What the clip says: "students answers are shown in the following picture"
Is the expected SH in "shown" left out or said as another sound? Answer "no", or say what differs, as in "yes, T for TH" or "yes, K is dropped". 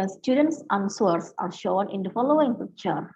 no